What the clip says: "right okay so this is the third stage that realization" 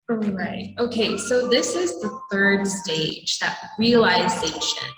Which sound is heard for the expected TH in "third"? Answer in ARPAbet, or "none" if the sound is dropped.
TH